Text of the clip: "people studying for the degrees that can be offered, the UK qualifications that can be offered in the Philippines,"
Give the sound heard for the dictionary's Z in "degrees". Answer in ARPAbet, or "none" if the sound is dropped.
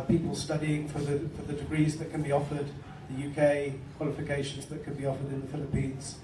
Z